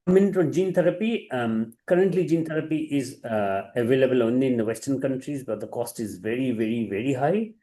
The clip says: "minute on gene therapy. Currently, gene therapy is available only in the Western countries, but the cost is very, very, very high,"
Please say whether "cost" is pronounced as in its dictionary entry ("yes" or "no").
yes